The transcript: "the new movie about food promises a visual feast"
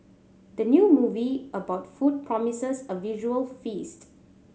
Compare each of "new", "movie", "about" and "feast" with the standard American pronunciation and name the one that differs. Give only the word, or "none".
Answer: none